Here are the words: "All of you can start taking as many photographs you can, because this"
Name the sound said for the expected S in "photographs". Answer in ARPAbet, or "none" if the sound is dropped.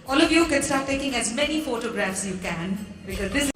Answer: S